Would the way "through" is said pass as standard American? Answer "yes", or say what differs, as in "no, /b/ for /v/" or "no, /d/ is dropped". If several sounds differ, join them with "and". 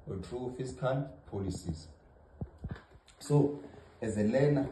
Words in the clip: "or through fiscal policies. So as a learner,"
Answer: no, /t/ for /θ/